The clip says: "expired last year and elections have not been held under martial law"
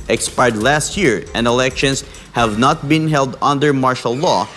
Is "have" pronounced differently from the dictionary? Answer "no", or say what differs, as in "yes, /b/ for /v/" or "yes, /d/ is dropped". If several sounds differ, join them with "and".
no